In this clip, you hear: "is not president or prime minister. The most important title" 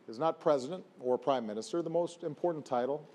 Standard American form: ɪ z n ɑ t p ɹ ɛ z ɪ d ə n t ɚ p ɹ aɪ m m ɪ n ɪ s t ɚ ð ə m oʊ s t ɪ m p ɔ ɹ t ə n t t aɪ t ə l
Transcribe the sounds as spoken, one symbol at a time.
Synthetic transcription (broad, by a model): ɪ z n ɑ t p ɹ ɛ z ɪ d ə n t ɚ p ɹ aɪ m m ɪ n ɪ s t ɚ ð ə m oʊ s t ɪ m p ɔ ɹ t n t t aɪ t l